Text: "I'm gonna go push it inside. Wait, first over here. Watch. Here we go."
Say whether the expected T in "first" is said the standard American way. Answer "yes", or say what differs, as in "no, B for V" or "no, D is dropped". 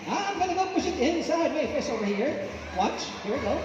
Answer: no, T is dropped